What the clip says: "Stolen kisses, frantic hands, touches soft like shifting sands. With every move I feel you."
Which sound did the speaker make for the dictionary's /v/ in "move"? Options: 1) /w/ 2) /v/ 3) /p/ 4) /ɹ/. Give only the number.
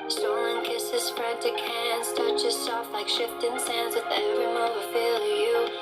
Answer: 1